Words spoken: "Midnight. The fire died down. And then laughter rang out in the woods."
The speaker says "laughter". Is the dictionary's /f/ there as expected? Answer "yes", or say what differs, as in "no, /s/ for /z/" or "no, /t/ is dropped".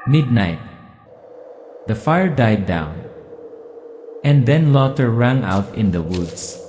no, /f/ is dropped